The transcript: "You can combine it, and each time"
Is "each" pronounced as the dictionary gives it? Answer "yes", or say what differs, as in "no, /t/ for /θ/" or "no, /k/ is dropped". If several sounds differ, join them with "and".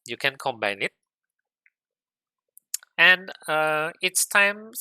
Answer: no, /s/ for /tʃ/